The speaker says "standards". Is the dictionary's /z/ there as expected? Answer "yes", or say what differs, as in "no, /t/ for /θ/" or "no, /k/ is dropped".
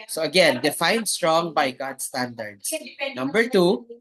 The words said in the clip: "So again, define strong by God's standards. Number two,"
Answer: no, /s/ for /z/